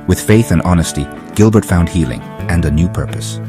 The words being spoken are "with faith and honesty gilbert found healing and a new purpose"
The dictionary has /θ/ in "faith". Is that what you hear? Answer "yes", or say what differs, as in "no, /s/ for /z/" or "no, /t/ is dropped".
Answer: yes